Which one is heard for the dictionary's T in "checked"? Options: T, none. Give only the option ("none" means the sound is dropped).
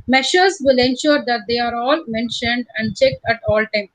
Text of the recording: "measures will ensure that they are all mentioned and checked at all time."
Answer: T